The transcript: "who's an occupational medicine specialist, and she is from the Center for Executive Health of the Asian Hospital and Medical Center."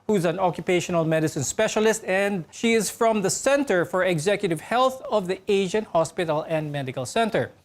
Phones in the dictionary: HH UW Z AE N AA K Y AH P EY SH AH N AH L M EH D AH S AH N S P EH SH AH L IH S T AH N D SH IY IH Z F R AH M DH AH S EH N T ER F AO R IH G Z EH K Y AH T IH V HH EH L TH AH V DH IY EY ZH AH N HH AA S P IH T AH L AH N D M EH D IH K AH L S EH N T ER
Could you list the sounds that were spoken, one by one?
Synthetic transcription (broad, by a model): HH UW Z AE N AA K Y AH P EY SH AH N AH L M EH D AH S AH N S P EH SH AH L IH S T AH N D SH IY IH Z F R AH M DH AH S EH N T ER F AO R IH G Z EH K Y AH T IH V HH EH L TH AH V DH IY EY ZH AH N HH AA S P IH T AH L AH N D M EH D IH K AH L S EH N T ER